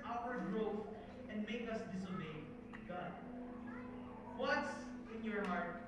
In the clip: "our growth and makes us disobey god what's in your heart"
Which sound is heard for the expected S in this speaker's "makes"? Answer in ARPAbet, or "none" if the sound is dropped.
none